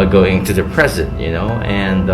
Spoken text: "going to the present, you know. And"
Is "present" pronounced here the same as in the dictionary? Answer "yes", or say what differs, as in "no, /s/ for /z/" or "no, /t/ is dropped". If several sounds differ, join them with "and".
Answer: yes